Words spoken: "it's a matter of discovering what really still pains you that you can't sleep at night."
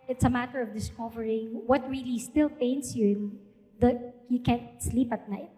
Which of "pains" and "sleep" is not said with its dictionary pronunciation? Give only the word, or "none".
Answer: pains